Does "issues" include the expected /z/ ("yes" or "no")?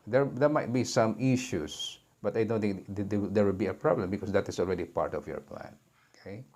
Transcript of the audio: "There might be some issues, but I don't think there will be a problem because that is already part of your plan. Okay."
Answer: no